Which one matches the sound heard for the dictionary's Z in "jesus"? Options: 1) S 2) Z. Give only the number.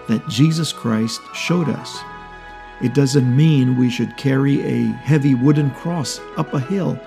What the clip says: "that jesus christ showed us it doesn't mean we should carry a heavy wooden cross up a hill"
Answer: 2